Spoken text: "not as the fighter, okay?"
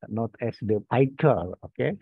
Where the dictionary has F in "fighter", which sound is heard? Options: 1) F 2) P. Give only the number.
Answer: 2